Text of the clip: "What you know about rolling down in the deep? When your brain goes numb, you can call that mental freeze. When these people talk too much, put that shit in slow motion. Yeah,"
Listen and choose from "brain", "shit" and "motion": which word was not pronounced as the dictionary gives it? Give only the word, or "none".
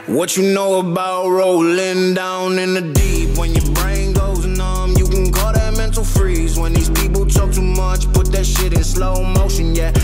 none